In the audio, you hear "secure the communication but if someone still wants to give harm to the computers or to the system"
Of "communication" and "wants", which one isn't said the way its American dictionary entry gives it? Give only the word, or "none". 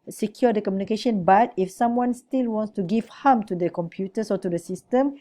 none